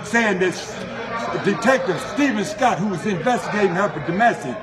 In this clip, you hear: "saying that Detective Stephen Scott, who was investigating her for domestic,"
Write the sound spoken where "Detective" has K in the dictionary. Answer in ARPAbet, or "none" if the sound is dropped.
K